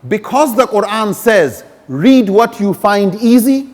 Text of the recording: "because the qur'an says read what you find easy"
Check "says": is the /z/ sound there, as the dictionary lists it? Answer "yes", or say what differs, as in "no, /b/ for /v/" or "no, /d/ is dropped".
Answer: yes